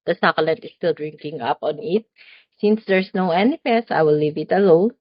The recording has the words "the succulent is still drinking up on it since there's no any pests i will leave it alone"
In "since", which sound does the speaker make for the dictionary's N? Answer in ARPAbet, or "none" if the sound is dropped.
N